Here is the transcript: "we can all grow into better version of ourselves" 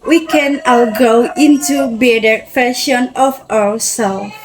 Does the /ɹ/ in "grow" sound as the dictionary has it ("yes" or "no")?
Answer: no